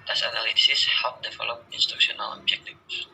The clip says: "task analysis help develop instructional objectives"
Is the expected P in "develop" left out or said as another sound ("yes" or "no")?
yes